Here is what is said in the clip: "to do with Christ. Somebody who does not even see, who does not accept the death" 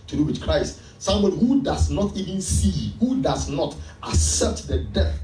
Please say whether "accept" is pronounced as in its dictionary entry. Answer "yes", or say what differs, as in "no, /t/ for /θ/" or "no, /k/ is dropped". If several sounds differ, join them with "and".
yes